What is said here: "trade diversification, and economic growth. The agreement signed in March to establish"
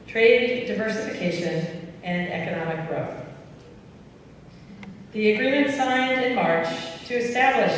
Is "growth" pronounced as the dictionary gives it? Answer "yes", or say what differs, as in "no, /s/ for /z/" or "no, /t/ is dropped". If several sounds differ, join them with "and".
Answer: yes